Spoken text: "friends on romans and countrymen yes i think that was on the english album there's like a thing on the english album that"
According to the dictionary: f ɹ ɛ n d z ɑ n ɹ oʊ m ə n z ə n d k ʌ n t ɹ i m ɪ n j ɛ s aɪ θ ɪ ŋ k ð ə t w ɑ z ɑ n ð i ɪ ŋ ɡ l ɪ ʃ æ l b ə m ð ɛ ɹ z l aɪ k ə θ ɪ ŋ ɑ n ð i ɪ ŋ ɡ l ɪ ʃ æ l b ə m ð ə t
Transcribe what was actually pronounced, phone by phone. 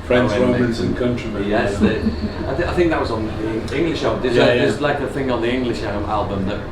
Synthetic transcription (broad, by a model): f ɹ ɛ n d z ɹ oʊ m ə n z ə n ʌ k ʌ n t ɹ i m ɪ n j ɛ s aɪ θ ɪ ŋ k ð ə t w ɑ z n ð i ɪ ŋ ɡ l ɪ ʃ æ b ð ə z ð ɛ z l aɪ k ə θ ɪ ŋ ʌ n ð i ɪ ŋ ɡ l ɪ ʃ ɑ l b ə m ð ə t